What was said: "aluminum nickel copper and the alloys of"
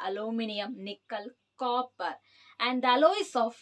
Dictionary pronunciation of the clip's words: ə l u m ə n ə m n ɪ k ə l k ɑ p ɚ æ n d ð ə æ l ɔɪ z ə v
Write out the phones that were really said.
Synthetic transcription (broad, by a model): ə l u m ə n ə m n ɪ k ə l k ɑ p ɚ æ n d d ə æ l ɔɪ s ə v